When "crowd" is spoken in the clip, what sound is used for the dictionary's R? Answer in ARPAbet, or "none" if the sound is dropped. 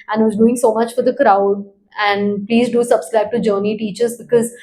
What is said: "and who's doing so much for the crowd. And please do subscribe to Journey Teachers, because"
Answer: R